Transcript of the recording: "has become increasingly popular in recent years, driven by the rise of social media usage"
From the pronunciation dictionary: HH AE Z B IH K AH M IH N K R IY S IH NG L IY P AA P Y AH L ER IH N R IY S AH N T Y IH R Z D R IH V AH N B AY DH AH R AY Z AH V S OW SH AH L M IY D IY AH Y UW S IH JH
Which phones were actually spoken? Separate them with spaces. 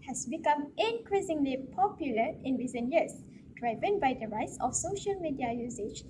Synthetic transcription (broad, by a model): HH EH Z B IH K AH M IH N K R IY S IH NG L IY P AA P Y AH L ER IH N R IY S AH N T Y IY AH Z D R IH V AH N B AY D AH R AY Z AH F S OW SH AH L M IY D IY AH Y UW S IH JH